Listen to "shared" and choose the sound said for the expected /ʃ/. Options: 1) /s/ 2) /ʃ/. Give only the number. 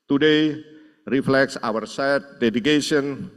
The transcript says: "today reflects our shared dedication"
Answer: 1